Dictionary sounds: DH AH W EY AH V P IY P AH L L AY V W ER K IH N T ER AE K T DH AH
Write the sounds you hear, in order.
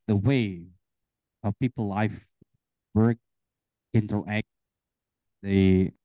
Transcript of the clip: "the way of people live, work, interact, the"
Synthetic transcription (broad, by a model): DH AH W EY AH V P IY P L L AY F W ER K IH N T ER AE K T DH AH